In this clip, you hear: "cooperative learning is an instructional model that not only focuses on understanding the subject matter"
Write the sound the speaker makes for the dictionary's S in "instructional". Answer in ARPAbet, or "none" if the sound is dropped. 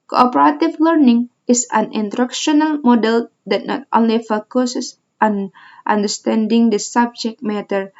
none